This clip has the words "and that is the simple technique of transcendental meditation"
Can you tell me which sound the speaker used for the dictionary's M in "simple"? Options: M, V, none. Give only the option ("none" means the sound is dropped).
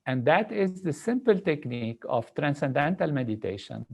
M